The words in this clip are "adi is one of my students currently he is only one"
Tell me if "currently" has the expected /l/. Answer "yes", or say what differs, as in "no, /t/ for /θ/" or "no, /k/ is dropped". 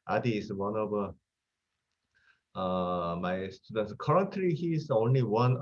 no, /l/ is dropped